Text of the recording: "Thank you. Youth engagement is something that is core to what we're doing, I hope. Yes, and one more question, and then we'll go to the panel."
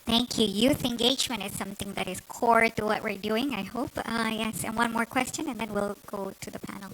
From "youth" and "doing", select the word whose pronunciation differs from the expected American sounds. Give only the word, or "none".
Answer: none